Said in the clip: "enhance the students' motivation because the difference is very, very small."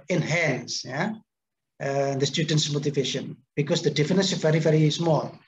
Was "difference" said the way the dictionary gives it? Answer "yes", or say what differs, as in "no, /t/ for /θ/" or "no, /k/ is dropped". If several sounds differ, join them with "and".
no, /ɹ/ is dropped